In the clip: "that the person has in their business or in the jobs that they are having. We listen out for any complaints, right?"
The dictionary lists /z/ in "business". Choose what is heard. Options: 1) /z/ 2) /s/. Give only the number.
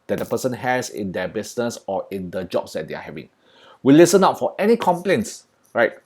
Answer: 2